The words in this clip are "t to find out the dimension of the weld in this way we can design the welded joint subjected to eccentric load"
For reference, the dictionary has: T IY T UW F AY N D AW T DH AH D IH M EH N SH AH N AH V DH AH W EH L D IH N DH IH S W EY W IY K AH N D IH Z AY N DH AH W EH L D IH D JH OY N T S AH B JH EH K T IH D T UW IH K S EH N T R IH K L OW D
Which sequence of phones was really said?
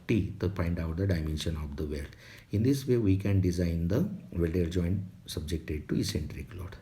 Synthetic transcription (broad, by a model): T IY T UW P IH N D AW T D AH D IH M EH N SH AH N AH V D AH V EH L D IH N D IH S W EY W IY K AH N D IH Z AY N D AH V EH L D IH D JH OY N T S AH B JH EH K T IH D T UW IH S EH N T R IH K L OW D